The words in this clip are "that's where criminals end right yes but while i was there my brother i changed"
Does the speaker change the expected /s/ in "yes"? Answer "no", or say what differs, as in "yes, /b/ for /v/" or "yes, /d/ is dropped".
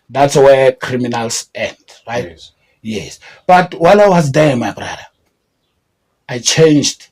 no